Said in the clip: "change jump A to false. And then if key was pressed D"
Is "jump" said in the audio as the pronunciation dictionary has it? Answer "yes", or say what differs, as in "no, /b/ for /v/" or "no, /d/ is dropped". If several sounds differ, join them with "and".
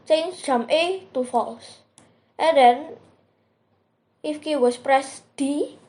no, /p/ is dropped